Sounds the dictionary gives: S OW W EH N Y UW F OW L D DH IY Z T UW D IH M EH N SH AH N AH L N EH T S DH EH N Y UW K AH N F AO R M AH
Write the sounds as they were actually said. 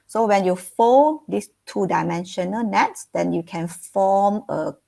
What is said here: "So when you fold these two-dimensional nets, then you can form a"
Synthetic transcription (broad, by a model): S OW W EH N Y UW F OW N D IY S T UW D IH M EH N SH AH N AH L N EH T S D EH N Y UW K AH N F AO M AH